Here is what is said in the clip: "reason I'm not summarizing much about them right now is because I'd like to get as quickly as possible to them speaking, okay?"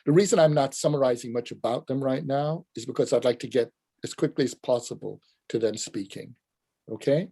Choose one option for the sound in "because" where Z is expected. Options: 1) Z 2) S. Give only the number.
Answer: 1